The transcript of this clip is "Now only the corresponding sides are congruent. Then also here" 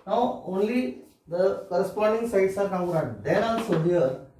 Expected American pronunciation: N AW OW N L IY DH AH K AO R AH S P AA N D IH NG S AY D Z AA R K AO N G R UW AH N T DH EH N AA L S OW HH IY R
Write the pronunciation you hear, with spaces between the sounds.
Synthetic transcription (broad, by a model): N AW OW N L IY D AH K AO R AH S P AA N D IH NG S AY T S AA R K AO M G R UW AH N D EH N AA N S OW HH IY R